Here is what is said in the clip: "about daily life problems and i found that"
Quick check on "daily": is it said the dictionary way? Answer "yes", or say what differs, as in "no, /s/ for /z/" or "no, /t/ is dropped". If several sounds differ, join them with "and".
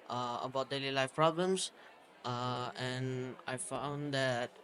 yes